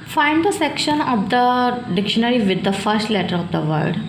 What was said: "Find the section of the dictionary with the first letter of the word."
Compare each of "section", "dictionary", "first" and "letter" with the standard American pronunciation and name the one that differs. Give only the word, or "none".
none